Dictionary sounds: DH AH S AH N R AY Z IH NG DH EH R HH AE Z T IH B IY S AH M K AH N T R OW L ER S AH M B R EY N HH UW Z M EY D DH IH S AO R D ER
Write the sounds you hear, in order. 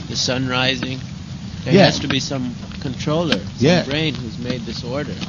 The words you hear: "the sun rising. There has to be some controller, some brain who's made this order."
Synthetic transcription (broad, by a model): DH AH S AH N R AY Z IH NG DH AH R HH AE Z T IH B IY S AH M K AH N T R OW L ER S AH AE B R EY N HH UW Z M EY D DH IH S AO R D ER